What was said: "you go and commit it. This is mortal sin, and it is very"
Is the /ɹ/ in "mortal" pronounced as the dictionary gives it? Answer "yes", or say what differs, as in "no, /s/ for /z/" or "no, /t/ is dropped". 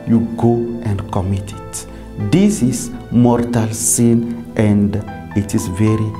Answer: yes